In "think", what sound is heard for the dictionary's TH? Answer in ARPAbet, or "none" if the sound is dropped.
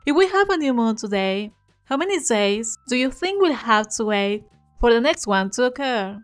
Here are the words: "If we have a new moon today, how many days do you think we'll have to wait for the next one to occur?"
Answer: TH